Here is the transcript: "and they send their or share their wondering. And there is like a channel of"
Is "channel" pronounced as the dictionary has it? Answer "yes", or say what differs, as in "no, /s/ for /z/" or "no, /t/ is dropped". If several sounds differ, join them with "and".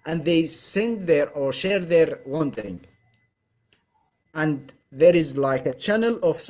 yes